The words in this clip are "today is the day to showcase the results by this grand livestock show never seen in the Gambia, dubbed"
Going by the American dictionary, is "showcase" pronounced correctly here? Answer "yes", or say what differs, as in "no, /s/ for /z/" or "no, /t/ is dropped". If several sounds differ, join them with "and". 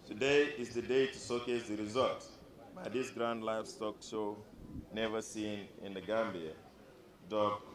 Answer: no, /s/ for /ʃ/